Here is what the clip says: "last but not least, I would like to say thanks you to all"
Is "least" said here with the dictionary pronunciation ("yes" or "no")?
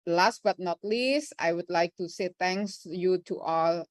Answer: yes